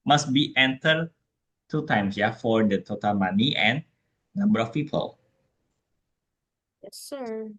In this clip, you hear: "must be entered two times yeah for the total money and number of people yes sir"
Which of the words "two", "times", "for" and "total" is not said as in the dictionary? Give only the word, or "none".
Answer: times